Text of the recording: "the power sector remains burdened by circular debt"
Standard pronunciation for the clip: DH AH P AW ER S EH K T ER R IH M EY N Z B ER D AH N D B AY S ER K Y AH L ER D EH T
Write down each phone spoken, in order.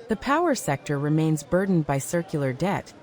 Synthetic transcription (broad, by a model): DH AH P AW ER S EH K T ER R IH M EY N Z B ER D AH N B AY S ER K Y L ER D EH T